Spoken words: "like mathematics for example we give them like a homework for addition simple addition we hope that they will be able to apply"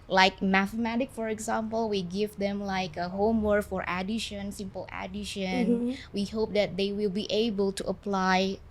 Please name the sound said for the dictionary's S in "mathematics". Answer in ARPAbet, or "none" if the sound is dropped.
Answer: none